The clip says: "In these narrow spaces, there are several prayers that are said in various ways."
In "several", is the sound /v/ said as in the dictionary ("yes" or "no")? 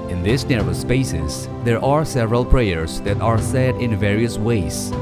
yes